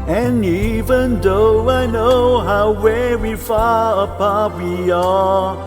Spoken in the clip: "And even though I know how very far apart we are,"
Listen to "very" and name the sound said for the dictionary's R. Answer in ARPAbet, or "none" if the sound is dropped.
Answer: W